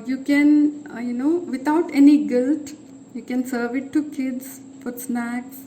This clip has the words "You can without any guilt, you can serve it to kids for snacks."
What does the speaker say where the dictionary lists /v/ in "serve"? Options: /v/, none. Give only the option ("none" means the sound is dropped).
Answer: /v/